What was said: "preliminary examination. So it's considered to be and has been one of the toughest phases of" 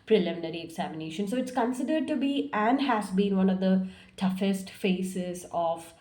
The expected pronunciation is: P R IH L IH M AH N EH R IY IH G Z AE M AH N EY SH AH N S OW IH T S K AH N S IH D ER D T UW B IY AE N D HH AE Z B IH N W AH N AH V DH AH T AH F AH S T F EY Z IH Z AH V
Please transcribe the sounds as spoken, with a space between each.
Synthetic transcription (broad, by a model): P R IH L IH M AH N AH R IY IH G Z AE M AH N EY SH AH N S OW IH T S K AH N S IH D ER D T UW B IY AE N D HH AE Z B IH N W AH N AH V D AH T AH F AH S T F EY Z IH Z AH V